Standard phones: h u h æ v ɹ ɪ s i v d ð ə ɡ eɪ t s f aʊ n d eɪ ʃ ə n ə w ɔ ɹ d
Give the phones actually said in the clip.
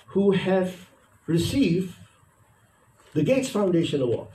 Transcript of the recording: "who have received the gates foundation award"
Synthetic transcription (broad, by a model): h u h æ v ɹ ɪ s i v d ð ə ɡ eɪ t s f aʊ n d eɪ ʃ ə n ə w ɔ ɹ